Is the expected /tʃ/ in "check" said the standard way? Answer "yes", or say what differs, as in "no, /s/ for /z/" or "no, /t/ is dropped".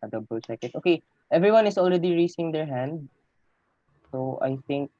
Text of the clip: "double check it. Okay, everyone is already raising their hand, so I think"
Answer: no, /s/ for /tʃ/